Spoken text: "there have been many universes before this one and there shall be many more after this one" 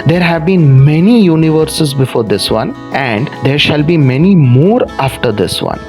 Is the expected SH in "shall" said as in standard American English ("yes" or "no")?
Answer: yes